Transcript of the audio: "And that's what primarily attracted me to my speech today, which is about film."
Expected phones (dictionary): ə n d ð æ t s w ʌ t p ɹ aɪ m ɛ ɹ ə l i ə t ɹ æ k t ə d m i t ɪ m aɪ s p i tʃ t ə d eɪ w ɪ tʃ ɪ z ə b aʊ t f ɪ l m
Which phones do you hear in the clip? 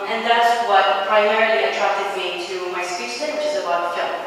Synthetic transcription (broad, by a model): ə n ð æ t s w ʌ t p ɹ aɪ m ɛ ɹ l i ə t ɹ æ k t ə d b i t ɪ m aɪ s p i s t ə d w ɪ tʃ ɪ z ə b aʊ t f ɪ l